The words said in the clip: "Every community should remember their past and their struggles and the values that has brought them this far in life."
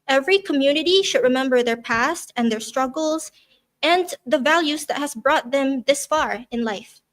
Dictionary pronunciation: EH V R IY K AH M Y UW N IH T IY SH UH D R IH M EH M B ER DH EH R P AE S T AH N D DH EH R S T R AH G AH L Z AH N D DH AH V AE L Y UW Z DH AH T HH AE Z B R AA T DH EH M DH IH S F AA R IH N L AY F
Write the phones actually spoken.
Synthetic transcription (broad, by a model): EH V R IY K AH M Y UW N IH T IY SH UH D R IH M EH M B ER DH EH R P AE S T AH N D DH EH R S T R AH G L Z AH N DH AH V AE L Y UW Z DH AH T HH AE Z B R AA T DH EH M DH IH S F AA R IH N L AY F